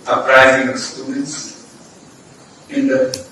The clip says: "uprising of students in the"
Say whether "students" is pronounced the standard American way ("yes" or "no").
no